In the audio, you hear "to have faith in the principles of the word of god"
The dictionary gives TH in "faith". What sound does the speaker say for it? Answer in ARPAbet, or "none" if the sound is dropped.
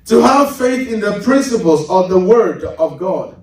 TH